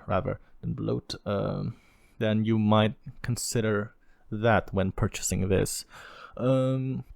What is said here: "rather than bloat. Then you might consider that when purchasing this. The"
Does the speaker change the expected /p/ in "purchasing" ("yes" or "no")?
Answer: no